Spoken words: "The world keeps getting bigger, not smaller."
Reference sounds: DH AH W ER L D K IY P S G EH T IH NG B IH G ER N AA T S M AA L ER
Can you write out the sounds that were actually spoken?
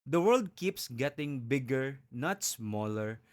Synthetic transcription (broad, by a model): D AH W ER L D K IY P S G EH T IH NG B IH G ER N AA T S M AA L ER